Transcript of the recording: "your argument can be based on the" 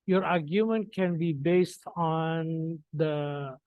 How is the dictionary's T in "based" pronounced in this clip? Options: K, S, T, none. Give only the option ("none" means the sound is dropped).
T